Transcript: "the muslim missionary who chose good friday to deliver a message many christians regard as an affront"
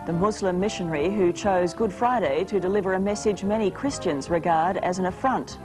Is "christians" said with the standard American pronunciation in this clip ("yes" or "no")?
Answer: yes